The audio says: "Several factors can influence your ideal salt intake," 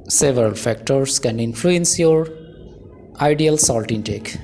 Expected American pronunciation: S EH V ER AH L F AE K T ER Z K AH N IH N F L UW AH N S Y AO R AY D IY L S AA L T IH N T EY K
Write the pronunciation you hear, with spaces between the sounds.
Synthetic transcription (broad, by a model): S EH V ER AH L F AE K T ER S K AH N IH N F L UW AH N S Y AO R AY D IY L S AA L T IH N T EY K